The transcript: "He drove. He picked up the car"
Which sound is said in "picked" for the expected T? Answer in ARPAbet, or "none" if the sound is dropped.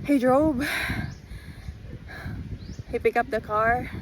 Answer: none